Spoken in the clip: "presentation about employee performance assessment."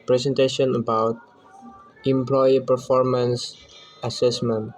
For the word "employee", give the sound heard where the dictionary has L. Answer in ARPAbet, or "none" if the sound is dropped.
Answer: L